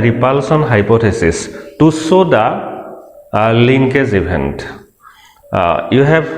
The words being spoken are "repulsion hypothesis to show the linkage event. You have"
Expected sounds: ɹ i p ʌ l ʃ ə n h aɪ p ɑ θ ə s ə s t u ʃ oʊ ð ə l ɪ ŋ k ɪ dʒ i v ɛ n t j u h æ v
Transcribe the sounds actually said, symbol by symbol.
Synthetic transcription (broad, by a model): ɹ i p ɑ l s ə n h aɪ p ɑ t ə s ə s t u s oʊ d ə l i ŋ k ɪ z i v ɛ n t j u h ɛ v